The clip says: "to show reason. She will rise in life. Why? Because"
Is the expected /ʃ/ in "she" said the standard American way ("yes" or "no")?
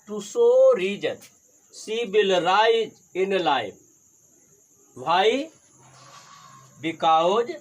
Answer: no